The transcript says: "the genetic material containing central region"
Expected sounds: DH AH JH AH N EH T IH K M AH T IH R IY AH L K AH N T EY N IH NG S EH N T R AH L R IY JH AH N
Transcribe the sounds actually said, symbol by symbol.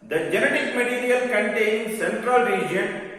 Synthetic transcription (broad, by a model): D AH JH AH N EH T IH K M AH T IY R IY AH L K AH N T EY N S EH N T R AH L R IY JH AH N